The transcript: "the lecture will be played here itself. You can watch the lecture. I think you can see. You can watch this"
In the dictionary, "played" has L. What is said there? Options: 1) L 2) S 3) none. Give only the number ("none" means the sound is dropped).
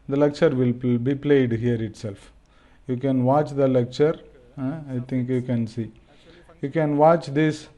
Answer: 1